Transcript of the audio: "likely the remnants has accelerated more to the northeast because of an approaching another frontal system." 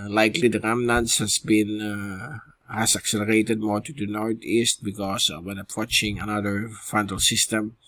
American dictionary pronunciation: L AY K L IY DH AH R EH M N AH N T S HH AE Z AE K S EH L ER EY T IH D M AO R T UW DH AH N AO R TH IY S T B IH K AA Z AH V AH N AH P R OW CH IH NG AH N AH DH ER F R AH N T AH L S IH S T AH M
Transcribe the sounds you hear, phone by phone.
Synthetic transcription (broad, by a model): L AY K L IY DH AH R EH M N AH N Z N HH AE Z AE K S EH L ER EY T IH D M AO R T UW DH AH N AO R T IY S T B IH K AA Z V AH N AH P R OW CH IH NG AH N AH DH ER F AH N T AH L S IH S T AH M